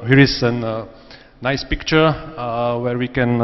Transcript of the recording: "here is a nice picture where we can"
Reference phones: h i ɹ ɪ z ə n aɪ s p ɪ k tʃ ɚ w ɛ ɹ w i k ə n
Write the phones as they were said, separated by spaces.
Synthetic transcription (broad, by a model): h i ɹ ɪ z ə n aɪ s p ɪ k tʃ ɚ w ɛ ɹ w i k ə n